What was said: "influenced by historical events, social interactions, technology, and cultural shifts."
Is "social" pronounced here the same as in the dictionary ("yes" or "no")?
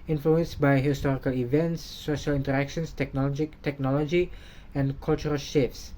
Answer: yes